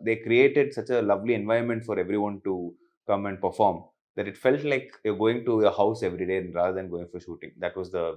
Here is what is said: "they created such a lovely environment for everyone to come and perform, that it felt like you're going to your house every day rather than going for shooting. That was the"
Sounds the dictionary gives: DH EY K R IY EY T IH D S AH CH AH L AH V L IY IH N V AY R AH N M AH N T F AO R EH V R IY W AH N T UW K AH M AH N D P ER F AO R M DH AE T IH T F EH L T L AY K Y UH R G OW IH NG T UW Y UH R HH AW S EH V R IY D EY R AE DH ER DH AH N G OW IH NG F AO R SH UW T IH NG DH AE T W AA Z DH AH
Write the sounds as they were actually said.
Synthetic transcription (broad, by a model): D EY K R IY EY T IH D S AH CH AH L AH V L IY IH N V AY R AH N M AH N T F AO R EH V R IY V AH N T UW K AH M AH N D P ER F AO R M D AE T IH T F EH L T L AY K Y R G OW IH NG T UW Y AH HH AW S EH V R IY D EY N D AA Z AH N G OW IH NG F AO R SH UW T IH NG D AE T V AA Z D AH